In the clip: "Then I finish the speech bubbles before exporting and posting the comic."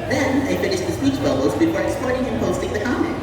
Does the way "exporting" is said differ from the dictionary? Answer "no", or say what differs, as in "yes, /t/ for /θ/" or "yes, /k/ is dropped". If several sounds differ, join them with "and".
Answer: yes, /k/ is dropped